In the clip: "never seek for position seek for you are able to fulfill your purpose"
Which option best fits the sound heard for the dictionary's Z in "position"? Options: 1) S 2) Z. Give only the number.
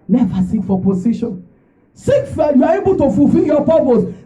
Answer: 1